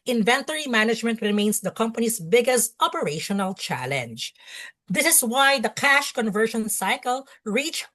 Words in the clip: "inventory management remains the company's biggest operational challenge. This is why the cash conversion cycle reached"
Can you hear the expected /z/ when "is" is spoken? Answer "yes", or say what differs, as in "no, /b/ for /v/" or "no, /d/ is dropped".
no, /s/ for /z/